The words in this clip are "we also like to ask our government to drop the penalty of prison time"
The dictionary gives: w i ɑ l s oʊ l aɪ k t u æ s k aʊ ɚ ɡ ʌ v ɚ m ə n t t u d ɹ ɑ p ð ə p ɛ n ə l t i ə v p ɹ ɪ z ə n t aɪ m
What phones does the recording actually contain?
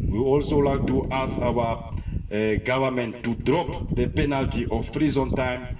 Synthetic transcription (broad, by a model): w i ɑ l s oʊ l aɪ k t u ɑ s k aʊ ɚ ɡ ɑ v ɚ m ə n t t u d ɹ ɑ p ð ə p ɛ n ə l t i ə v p ɹ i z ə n t aɪ m